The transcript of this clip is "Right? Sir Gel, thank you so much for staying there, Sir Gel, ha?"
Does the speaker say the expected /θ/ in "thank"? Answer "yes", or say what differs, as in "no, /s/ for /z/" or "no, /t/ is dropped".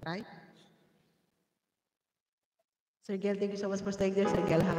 no, /t/ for /θ/